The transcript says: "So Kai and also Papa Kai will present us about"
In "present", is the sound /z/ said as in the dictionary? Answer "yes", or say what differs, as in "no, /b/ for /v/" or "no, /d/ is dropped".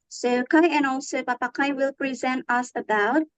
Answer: yes